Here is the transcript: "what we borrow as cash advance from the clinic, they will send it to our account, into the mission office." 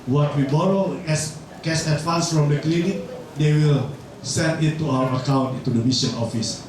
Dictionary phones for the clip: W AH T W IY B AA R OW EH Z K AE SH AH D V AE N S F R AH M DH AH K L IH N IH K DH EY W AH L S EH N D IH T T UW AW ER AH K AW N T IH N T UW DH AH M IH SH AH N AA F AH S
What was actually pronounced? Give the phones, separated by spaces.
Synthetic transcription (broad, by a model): W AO T W IY B AA R OW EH S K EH S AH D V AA N S F R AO M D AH K L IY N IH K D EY W AH L S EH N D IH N T UW AW ER AH K AW N T IH N T UW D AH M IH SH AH N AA F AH S